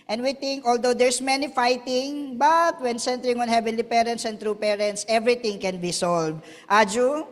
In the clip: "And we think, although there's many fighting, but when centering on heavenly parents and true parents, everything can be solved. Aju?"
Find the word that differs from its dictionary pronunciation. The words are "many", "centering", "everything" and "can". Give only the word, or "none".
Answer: everything